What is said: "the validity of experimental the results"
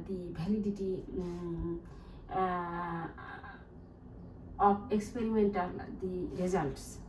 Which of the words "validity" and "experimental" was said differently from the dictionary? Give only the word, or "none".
validity